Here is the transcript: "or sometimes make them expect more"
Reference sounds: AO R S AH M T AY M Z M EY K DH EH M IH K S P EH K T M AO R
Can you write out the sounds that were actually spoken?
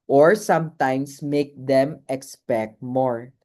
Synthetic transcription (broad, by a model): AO R S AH M T AY M S M EY K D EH M IH K S P EH K T M AO R